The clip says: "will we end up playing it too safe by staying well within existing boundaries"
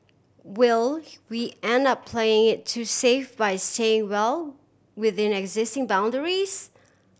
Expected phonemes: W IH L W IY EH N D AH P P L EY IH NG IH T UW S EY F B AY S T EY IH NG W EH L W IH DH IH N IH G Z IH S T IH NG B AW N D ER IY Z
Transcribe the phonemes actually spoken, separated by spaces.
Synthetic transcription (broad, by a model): W IH L W IY EH N D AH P P L EY IH NG IH T UW S EY F B AY S T EY IH NG W EH L W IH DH IH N IH G Z IH S T IH NG B AW N D ER IY Z